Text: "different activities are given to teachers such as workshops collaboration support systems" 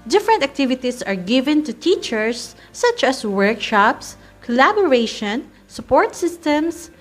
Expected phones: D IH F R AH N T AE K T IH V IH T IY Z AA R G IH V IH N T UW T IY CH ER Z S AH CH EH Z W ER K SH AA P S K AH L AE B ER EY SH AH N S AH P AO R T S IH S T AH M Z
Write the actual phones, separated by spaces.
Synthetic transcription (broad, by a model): D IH F R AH N T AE K T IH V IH T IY S AA R G IH V IH N T UW T IY CH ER S AH CH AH S W ER K SH AA P S K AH L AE B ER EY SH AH N S AH P AO R T S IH S T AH M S